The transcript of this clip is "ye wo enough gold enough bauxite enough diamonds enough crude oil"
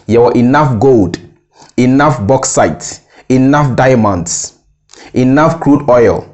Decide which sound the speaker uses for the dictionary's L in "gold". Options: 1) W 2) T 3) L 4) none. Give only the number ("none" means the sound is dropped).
3